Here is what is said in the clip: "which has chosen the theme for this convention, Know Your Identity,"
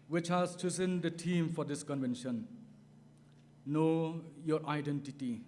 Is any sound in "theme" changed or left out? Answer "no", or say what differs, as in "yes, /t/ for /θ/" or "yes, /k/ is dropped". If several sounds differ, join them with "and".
yes, /t/ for /θ/